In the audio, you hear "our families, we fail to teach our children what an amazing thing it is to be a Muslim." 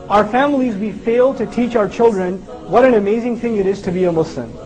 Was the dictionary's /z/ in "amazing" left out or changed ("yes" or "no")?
no